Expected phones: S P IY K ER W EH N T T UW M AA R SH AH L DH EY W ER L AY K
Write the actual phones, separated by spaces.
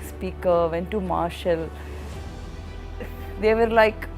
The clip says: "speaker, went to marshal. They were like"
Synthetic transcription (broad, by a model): S P IY K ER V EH N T T UW M AA R SH AH L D EY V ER L AY K